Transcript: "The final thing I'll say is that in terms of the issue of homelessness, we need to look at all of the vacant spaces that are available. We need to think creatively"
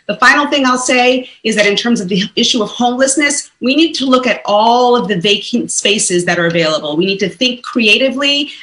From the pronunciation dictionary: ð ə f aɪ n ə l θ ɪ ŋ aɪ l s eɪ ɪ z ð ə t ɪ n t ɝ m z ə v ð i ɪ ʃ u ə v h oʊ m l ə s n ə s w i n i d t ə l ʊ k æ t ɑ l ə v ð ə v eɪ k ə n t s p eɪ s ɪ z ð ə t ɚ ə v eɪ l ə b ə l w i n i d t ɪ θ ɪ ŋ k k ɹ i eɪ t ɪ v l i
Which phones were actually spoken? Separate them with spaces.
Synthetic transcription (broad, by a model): ð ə f aɪ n l θ ɪ ŋ aɪ l s eɪ ɪ z ð ə t ɪ n t ɝ m z ə v ð i ɪ ʃ u ə v h oʊ m l ə s n ə s w i n i d t ə l ʊ k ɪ t ɑ l ə v ð ə v eɪ k ə n t s p eɪ s ɪ z ð ə t ɚ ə v eɪ l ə b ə l w i n i d t ɪ θ ɪ ŋ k k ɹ i eɪ t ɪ v l i